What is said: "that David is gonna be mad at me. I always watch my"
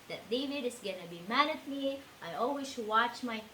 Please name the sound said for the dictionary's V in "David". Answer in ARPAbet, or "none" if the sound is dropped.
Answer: V